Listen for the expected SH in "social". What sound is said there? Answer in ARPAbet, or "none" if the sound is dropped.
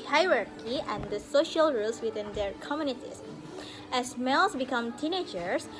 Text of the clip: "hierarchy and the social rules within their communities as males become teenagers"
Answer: SH